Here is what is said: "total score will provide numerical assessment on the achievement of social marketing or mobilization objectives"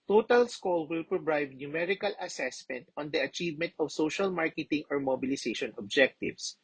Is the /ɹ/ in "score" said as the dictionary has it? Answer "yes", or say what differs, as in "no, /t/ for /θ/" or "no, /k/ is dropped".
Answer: no, /l/ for /ɹ/